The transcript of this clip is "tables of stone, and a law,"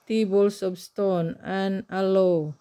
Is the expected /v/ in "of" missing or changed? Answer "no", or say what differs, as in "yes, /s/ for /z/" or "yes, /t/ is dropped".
yes, /p/ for /v/